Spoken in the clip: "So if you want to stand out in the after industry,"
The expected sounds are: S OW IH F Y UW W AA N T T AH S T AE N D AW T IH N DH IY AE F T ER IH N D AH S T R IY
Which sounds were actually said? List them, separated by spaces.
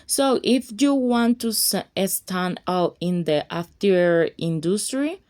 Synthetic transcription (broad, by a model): S OW IH F Y UW W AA N T S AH S T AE N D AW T IH N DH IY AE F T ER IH N D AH S T R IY